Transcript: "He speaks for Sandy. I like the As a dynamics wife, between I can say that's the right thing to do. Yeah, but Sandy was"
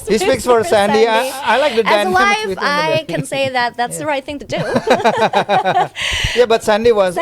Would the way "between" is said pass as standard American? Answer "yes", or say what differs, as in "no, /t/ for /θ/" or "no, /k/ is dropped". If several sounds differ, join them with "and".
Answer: no, /n/ is dropped